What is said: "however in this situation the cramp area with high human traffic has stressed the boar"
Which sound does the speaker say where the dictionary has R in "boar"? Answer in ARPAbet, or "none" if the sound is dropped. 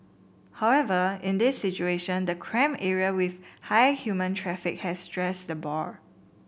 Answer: R